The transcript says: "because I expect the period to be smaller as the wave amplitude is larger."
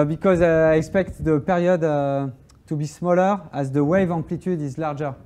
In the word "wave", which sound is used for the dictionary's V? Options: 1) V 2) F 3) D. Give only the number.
1